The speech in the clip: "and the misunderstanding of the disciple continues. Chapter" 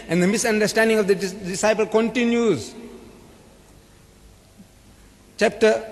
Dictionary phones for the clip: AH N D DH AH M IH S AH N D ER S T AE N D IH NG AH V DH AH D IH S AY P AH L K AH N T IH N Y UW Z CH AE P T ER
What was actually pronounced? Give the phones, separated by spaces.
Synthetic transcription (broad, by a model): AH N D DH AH M IH S AH N D ER S T AE N D IH NG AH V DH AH D IH S AY P AH L K AH N T IH N Y UW Z CH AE P T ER